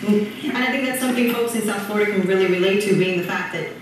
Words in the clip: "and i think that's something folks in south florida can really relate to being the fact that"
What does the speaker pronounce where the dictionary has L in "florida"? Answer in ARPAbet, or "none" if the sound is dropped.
none